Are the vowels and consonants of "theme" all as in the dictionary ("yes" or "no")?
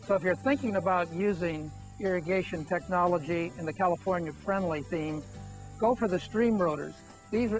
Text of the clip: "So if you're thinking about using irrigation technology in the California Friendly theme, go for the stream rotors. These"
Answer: yes